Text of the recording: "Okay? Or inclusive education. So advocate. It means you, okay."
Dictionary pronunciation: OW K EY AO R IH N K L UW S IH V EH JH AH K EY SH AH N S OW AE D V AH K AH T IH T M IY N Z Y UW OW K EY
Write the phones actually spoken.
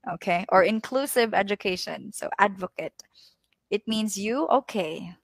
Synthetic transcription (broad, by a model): OW K EY AO R IH N K L UW S IH V EH JH AH K EY SH AH N S OW AE D V AH K AH T IH T M IY N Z Y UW OW K EY